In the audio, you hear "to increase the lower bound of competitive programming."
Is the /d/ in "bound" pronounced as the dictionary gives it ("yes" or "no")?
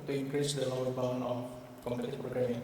no